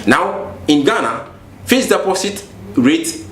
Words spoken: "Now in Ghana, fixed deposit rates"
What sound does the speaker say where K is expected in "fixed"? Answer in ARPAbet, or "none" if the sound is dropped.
none